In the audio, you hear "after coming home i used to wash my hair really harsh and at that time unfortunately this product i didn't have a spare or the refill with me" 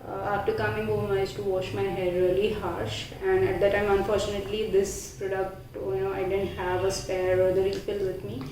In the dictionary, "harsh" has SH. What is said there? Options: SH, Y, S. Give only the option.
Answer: SH